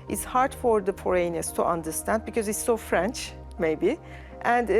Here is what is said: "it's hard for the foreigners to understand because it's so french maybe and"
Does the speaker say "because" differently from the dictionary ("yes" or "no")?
no